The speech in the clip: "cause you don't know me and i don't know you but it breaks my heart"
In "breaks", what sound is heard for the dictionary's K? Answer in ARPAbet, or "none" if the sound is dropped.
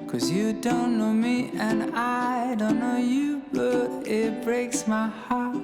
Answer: K